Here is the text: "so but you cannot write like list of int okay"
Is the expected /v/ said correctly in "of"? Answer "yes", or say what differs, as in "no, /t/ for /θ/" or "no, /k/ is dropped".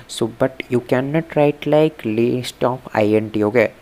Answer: no, /p/ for /v/